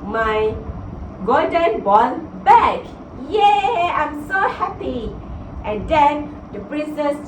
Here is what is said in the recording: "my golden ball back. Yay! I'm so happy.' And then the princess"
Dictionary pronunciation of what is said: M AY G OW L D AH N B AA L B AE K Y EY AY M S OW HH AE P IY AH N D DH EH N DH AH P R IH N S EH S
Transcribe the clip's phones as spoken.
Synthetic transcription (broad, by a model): M AY G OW D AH N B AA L B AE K Y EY AY M S OW HH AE P IY AH N D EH N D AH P R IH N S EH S